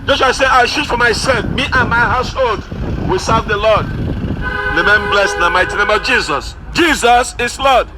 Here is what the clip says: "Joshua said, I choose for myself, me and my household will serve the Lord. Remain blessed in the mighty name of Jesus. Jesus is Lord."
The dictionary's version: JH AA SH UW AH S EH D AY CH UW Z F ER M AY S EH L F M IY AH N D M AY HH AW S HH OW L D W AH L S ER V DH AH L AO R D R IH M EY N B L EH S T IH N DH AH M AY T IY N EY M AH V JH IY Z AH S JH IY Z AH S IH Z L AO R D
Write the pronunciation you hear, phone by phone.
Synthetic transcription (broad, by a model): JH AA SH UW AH S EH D AY SH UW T F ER M AY S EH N M IY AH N M AY HH AW S HH OW L D W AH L S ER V DH AH L AO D L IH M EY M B L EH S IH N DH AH M AY T IY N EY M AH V JH IY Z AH S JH IY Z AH S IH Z L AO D